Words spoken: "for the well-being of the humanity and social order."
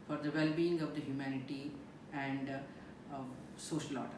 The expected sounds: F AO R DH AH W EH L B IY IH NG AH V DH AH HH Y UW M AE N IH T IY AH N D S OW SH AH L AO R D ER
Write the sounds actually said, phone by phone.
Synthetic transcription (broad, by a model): F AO R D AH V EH L B IY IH NG AH V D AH HH Y UW M AE N IH T IY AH N D S OW SH AH L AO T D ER